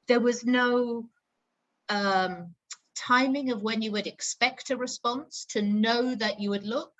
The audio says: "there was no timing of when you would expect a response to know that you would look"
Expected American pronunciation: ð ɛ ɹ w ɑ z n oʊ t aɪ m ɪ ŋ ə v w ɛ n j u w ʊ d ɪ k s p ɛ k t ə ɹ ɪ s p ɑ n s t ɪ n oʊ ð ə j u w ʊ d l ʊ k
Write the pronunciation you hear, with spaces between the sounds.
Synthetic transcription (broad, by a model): ð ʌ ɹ w ɑ z n oʊ t aɪ m ɪ ŋ ə v w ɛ n j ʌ w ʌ d ɪ k s p ɛ k t ə ɹ ɪ s p ɑ n s t ɪ n oʊ ð ə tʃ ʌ w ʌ d l ʊ k